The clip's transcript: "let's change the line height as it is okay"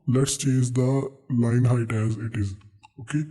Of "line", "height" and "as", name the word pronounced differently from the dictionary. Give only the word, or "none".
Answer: none